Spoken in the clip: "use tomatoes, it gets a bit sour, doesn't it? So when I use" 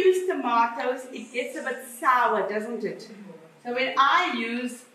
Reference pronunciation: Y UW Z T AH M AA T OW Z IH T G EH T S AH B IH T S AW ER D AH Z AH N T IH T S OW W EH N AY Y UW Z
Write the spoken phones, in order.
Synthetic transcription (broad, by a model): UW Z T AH M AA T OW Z IH T G EH T S AH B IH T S AW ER D AH Z AH N T IH T S OW W EH N AY Y UW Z